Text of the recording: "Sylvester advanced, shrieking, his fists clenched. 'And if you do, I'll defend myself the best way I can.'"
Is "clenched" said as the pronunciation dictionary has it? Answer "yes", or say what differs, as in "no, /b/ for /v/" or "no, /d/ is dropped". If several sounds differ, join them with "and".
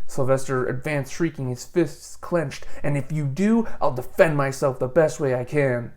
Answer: yes